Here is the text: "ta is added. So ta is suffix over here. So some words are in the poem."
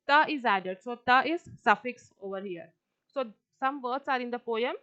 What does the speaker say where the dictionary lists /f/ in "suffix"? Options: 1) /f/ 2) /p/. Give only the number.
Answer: 1